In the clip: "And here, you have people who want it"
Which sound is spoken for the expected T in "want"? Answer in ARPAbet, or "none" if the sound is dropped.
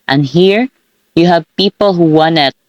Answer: none